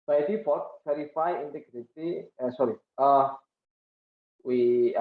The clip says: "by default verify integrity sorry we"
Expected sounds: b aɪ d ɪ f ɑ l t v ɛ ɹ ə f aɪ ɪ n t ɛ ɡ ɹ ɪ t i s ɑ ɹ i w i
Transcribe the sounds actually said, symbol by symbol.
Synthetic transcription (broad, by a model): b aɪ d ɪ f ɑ t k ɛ ɹ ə f aɪ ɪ n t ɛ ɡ ɹ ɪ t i s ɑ ɹ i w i